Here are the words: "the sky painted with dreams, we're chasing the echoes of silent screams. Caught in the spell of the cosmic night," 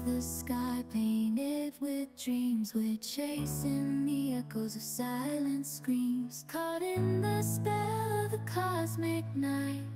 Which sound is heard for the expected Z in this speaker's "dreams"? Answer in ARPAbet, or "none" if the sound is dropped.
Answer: Z